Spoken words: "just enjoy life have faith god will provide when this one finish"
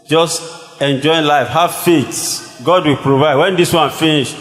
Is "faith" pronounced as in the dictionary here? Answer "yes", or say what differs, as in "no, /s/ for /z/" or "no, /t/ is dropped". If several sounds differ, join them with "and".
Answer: no, /s/ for /θ/